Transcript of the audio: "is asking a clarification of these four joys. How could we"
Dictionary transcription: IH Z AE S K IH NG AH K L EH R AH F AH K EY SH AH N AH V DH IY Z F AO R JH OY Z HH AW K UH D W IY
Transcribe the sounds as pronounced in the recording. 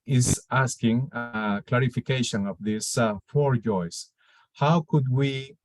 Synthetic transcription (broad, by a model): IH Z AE S K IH NG AH K L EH R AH F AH K EY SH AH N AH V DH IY S F AO R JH OY S HH AW K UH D W IY